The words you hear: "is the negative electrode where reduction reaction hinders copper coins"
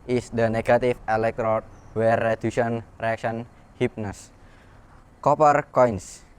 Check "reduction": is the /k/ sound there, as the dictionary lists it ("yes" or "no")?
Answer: no